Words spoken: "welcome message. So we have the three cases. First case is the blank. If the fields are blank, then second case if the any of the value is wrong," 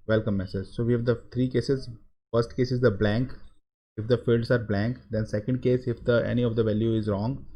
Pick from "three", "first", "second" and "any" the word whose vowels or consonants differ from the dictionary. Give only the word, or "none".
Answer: three